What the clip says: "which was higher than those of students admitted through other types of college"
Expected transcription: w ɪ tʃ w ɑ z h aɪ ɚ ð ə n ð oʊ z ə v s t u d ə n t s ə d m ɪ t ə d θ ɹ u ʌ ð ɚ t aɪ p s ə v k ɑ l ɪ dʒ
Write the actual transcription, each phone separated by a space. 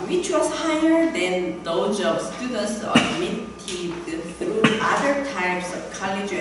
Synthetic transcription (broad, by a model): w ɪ tʃ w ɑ s h aɪ ɚ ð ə n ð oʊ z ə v s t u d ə n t s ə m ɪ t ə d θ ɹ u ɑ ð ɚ t aɪ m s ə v k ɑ l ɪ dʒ